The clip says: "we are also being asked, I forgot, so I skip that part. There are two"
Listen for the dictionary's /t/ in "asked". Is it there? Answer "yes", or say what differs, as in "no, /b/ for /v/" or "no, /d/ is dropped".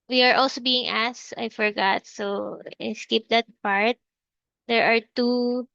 no, /t/ is dropped